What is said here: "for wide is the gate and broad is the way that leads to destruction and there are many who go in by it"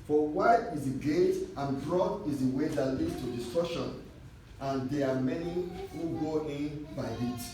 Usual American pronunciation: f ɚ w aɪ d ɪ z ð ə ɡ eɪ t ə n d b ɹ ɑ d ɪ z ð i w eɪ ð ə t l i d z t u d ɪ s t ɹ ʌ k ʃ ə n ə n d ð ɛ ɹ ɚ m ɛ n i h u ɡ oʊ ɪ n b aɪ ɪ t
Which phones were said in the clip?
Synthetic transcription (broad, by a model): f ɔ w aɪ ɪ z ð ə ɡ eɪ t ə n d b ɹ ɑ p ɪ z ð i w eɪ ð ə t l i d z t u d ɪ s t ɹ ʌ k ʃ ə n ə n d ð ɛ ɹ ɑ m ɛ n i h u ɡ oʊ ɪ n b aɪ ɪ t